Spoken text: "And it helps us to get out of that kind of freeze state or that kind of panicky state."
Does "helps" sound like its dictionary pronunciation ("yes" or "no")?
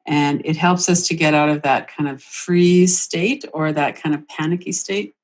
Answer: yes